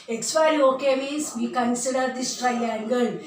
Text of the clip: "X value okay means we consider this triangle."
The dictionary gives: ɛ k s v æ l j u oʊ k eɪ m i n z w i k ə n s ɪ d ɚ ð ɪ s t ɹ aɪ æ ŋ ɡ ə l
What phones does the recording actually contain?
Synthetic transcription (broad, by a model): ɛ k s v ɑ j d oʊ k eɪ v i z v i k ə n s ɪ d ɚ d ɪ s t ɹ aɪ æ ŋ ɡ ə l